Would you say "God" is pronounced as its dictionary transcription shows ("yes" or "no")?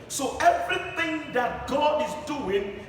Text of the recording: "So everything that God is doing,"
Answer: yes